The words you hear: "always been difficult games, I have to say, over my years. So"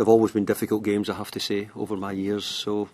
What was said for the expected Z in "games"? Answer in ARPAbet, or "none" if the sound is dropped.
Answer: Z